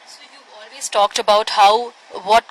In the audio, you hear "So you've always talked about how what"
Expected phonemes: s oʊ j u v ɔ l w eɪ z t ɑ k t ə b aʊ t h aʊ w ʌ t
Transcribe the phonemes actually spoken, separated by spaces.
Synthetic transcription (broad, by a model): s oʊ j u ɔ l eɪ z t ɑ k t ə b aʊ t h aʊ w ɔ t